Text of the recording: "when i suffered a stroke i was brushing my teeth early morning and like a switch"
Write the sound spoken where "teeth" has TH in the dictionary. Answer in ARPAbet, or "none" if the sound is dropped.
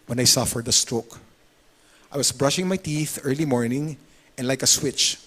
TH